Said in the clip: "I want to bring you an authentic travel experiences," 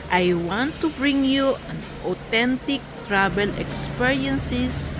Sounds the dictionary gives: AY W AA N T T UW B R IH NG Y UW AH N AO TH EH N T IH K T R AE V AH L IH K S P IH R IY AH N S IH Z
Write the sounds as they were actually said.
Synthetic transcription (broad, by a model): AY W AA N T T UW B R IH NG Y UW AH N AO T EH N T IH K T R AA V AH L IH K S P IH R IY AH N S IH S